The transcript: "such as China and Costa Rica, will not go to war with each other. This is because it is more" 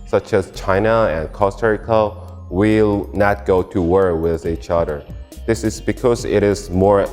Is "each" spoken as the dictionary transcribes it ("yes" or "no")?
yes